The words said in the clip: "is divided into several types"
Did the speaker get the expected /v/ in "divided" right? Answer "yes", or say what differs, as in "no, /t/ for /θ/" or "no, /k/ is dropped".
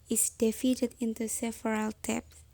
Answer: no, /f/ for /v/